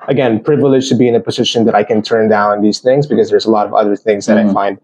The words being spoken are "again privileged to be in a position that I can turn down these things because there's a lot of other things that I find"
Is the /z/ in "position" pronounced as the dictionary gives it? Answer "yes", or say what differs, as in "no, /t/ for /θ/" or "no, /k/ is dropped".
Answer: yes